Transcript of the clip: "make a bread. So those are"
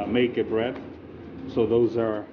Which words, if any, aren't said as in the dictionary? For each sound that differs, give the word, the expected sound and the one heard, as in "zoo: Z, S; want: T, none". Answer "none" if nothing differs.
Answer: none